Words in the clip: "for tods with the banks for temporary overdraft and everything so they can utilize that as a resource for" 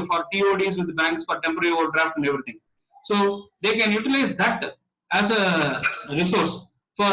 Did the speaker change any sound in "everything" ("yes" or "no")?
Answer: yes